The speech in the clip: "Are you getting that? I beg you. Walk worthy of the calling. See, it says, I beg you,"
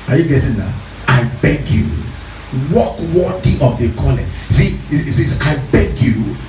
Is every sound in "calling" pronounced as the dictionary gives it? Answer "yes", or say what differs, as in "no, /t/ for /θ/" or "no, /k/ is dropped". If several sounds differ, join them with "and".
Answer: no, /n/ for /l/